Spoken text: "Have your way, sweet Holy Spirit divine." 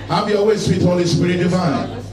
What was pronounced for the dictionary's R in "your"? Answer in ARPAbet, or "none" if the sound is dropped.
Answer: L